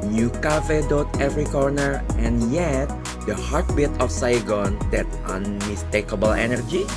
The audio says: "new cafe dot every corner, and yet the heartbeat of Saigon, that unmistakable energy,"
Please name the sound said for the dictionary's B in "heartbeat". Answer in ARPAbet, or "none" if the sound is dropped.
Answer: B